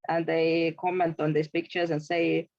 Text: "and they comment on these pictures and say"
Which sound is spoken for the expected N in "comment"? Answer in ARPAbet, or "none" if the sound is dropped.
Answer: N